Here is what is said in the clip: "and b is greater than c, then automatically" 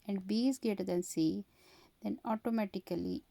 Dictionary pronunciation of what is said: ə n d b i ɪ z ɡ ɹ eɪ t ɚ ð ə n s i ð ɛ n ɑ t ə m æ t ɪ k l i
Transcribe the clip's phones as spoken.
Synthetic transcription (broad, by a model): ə n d b i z ɡ eɪ t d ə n s i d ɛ n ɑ t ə m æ t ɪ k l i